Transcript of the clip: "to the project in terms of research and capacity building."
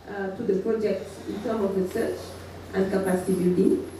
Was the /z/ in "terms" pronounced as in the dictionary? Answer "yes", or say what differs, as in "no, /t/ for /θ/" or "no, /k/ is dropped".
no, /z/ is dropped